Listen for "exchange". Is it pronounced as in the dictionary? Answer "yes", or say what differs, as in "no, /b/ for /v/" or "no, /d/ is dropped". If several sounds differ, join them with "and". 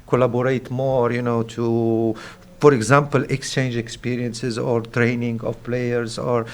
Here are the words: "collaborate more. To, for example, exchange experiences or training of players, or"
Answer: yes